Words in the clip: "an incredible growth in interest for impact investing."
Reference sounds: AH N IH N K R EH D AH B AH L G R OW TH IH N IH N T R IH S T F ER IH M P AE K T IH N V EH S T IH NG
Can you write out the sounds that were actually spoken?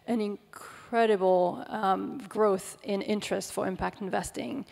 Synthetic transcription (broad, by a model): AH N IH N K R EH D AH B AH L G R OW TH IH N IH N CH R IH S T F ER IH M P AE K T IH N V EH S T IH NG